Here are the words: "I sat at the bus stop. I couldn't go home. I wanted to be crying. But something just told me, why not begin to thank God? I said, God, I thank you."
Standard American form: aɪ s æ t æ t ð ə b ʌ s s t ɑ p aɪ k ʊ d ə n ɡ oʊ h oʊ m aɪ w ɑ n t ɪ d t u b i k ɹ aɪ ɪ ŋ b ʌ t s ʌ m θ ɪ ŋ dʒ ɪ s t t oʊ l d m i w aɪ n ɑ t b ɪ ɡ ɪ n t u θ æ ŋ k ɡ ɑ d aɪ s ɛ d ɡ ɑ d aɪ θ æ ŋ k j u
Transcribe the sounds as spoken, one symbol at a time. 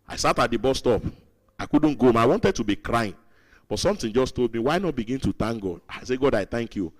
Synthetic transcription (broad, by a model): aɪ s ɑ t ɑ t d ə b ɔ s s t ɑ p aɪ k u d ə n ɡ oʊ oʊ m aɪ w ɑ n t ɪ d t u b i k ɹ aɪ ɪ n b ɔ t s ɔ m t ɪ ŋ dʒ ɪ s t t oʊ l d m i w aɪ n ɑ t b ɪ ɡ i n t u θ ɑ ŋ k ɡ ɑ d aɪ s ɛ ɡ ɑ d aɪ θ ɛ ŋ k j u